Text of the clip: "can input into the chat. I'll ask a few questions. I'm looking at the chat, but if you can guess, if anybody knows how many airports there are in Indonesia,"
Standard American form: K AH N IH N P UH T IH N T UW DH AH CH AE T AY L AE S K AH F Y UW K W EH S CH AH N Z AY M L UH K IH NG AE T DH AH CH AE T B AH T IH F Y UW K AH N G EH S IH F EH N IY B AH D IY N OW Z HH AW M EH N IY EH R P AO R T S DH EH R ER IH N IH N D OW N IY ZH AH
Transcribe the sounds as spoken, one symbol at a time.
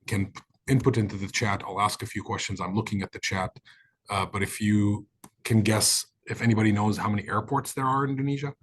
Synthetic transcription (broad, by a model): K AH N IH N P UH T IH N T UW DH AH CH AE T AY L AE S K AH F Y UW K W EH S CH AH N Z AY M L UH K IH NG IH T DH AH CH AE T B AH T IH F Y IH K AH N G EH S IH F EH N IY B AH D IY N OW Z HH AW M EH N IY EH R P AO R T S DH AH R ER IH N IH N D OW N IY ZH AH